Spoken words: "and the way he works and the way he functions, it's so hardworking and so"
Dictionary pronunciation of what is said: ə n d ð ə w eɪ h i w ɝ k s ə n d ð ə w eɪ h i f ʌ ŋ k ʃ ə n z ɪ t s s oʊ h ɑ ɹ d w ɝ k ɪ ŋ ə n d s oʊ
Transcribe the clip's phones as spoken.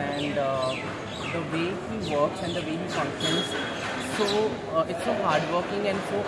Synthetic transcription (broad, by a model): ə n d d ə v eɪ h i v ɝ k s ə n d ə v eɪ h i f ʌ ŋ ʃ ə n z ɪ t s s oʊ h ɑ ɹ d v ɝ k ɪ ŋ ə n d s oʊ